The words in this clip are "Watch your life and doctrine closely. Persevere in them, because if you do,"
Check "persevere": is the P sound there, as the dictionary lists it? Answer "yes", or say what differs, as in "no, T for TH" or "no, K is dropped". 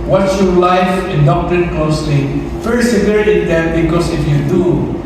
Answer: no, F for P